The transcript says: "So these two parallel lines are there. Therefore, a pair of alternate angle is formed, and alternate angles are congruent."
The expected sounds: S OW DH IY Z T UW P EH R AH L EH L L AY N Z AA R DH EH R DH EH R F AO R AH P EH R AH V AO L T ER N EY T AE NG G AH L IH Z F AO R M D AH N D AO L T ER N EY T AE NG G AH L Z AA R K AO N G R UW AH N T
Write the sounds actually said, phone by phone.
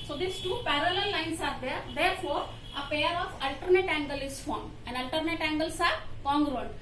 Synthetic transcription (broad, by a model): S OW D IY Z T UW P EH R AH L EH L L AY N S AA R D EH R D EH R F AO R AH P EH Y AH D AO L T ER N EY T AE NG G AH L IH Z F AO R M AH N D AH L T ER N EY T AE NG G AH L S AA R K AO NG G R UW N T